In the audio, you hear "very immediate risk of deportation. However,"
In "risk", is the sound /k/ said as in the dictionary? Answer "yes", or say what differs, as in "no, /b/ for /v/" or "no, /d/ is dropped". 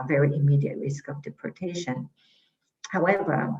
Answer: yes